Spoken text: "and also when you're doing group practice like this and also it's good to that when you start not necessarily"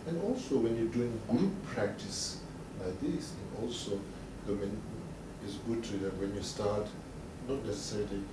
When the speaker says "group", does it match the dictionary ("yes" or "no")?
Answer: no